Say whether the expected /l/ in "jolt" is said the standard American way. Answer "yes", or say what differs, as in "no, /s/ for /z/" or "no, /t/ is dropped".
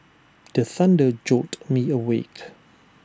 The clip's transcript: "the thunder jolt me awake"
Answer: no, /l/ is dropped